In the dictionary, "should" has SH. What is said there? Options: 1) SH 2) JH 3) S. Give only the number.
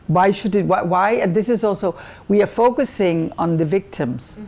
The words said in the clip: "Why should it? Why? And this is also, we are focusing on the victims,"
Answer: 1